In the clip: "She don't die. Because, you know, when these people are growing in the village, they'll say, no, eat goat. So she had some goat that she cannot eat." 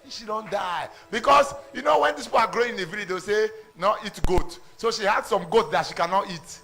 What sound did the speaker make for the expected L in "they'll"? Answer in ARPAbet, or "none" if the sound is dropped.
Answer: W